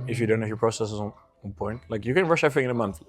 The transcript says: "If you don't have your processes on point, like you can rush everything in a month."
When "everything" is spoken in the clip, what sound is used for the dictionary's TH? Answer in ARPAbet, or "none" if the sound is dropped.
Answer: F